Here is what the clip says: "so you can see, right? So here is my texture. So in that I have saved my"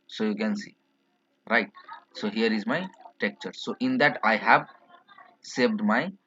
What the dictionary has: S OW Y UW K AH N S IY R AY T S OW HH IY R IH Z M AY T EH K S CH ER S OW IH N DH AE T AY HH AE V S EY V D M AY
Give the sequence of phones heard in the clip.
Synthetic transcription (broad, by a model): S OW Y UW K AH N S IY R AY T S OW HH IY R IH Z M AY T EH K CH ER S OW IH N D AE T AY HH AE V S EY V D M AY